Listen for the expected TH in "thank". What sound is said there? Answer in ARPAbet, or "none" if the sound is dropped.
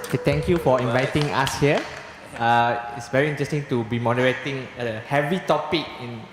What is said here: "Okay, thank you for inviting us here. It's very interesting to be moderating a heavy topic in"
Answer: T